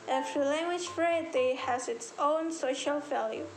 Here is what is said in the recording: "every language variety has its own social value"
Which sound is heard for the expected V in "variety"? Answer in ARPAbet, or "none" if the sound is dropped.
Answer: F